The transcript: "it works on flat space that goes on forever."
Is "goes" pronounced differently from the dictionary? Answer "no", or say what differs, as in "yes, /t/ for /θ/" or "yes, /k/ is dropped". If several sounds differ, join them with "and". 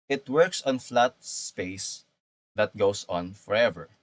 yes, /s/ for /z/